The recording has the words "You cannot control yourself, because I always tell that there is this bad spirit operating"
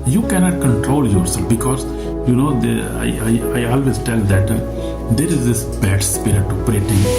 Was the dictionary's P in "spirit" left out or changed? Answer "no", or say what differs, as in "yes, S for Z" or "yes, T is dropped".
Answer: no